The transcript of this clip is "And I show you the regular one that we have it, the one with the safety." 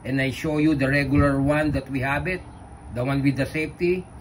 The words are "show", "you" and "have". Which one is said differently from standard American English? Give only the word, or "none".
have